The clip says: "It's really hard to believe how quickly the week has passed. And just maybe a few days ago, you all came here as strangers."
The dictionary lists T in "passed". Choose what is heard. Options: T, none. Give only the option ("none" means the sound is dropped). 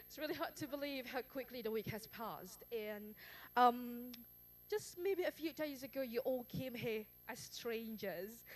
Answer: T